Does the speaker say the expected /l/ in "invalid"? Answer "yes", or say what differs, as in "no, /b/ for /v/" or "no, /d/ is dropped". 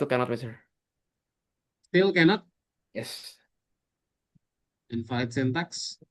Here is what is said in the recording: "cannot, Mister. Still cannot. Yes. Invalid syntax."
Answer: no, /l/ is dropped